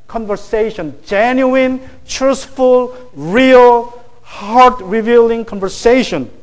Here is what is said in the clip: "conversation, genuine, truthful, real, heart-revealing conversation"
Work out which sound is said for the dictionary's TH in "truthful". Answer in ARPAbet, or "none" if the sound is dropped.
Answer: S